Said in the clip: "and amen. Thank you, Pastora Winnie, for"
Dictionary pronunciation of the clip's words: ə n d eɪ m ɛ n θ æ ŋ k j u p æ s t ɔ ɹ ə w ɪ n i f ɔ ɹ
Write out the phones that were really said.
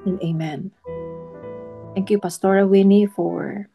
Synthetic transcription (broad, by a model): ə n eɪ m ɛ n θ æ ŋ k j u p æ s t ɔ ɹ ə w ɪ n i f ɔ ɹ